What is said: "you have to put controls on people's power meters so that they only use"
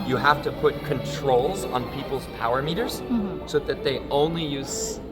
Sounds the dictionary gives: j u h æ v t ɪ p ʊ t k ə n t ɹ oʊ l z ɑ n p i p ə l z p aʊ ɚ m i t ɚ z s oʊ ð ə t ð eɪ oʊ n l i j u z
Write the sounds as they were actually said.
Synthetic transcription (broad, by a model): j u h æ f t ɪ p ʊ t k ə n t ɹ oʊ l z n p i p l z p aʊ ɚ m i t ɚ z s oʊ ð ə t ð eɪ oʊ n l i j u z